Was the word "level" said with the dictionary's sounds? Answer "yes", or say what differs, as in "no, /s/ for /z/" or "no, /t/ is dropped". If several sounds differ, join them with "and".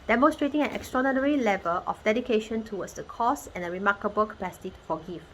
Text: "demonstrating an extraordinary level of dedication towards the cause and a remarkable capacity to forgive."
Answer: yes